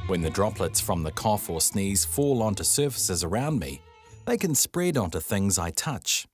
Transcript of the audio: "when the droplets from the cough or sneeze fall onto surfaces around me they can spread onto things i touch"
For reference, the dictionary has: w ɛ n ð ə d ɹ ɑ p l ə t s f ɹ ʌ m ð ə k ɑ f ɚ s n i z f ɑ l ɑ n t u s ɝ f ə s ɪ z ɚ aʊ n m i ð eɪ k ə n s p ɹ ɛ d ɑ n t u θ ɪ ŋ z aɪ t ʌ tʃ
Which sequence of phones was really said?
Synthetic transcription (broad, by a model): w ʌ n ð ə d ɹ ɑ p l ə t s f ɹ ʌ m ð ə k ɑ f ɚ s n i z f ɑ l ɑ n t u s ɝ f ə s ɪ z ɚ aʊ n m i ð eɪ k ə n s p ɹ ɛ d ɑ n t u θ ɪ ŋ z aɪ t ʌ tʃ